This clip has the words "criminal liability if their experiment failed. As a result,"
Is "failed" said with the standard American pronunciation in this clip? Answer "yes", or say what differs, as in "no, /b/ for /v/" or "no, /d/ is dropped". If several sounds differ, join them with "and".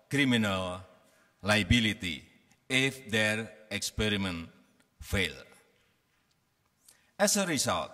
no, /d/ is dropped